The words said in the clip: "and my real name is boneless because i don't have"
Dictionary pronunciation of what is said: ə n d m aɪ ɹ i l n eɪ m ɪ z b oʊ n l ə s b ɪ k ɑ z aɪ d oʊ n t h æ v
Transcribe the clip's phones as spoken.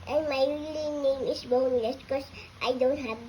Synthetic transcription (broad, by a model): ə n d m aɪ l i n n eɪ m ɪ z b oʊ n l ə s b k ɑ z aɪ d oʊ n t h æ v